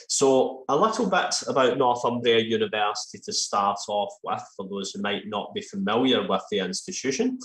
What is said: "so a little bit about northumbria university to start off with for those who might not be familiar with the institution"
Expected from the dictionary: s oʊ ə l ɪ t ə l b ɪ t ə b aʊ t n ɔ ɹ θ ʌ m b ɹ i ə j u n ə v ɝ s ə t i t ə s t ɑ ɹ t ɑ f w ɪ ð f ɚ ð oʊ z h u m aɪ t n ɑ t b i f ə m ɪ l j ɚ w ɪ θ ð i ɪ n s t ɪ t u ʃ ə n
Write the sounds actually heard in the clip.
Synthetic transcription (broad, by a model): s oʊ ə l ɪ t ə l b ɪ t ə b aʊ t n ɔ ɹ θ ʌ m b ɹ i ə j u n ə v ɝ s ə t i t ə s t ɑ ɹ t ɑ f w ɪ ð f ɚ ð oʊ z h u m aɪ t n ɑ t b i f ə m ɪ l j ɚ w ɪ ð i ɪ n s t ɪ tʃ u ʃ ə n